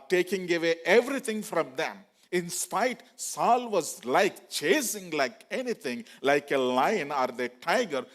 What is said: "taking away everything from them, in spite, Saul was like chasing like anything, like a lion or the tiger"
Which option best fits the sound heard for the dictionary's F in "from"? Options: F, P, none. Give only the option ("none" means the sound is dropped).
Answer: F